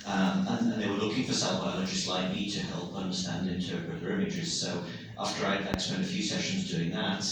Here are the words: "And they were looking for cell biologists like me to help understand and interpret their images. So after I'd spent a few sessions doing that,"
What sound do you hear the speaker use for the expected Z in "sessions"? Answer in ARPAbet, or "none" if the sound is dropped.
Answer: Z